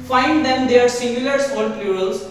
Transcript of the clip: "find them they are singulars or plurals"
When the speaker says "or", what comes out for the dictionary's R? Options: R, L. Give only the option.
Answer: L